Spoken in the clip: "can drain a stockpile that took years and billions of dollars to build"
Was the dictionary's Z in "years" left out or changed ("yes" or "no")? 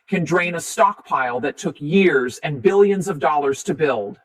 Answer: no